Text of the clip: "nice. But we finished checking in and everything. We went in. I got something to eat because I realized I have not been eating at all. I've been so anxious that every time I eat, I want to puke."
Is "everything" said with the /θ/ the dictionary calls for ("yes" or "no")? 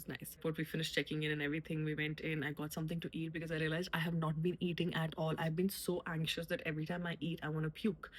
no